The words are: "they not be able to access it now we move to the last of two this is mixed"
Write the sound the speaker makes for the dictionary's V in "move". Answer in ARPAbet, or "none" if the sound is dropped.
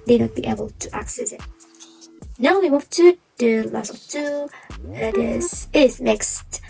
P